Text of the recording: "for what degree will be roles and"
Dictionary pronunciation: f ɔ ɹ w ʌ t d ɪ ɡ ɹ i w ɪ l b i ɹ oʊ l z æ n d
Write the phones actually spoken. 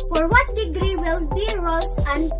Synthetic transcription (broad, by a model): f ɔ ɹ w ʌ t d ɪ ɡ ɹ i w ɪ l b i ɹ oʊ z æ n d